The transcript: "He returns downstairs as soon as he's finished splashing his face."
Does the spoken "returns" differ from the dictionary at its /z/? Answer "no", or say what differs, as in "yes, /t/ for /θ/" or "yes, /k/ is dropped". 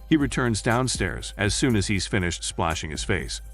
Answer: no